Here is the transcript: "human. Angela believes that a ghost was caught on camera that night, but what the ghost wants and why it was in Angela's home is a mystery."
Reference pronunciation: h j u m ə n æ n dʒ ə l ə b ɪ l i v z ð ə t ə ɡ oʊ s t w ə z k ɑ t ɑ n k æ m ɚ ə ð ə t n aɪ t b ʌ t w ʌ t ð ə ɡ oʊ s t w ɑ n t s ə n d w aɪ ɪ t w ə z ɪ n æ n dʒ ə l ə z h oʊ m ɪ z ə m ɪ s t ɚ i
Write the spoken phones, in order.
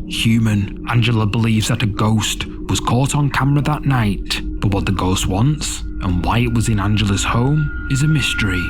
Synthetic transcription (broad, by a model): h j u m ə n æ n dʒ ə l ə b ɪ l i v z ð ə t ə ɡ oʊ s t w ə z k ɑ t n k æ m ɚ ə ð ə t n aɪ t b ʌ t w ʌ t ð ə ɡ oʊ s t w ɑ n t s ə n w aɪ ɪ t w ə z ɪ n æ n dʒ ə l ə z h oʊ m ɪ z ə m ɪ s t ɚ i